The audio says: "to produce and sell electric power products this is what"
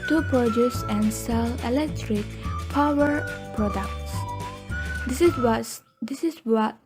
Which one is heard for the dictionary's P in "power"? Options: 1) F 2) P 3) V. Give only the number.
2